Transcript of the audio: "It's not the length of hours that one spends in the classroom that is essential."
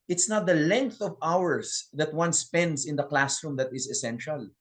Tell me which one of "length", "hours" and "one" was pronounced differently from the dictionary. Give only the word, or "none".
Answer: hours